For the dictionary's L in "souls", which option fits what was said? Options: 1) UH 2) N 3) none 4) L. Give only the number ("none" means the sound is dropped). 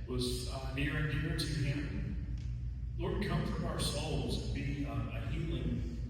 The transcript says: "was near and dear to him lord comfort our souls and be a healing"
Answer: 4